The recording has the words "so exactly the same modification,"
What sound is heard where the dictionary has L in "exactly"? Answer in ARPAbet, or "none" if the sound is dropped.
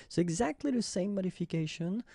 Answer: L